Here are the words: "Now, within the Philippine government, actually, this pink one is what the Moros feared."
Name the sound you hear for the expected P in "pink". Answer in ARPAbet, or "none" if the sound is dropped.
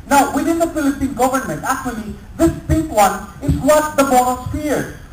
B